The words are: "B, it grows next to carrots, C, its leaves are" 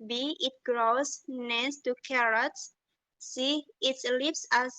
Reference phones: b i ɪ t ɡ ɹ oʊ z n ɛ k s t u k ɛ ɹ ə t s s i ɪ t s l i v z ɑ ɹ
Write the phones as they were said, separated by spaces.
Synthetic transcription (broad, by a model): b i ɪ t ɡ ɹ oʊ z n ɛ s t u k ɛ ɹ ə t s s i ɪ t s l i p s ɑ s